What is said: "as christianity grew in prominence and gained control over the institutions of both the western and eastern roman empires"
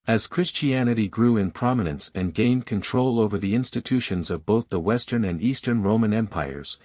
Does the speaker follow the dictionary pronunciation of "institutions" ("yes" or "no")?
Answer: yes